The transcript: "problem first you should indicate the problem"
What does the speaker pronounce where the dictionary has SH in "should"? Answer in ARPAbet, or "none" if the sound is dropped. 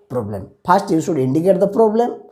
S